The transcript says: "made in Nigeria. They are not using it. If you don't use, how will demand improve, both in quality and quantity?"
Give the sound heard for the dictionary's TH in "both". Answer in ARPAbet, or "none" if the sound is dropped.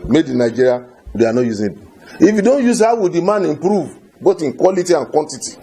T